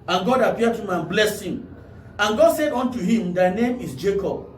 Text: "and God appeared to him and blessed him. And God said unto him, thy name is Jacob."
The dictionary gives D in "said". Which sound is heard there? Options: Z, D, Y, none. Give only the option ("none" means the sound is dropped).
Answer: D